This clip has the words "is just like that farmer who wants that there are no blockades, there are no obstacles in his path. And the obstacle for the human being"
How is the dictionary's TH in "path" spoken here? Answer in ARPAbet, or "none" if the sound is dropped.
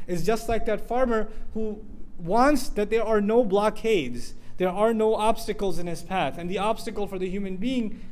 TH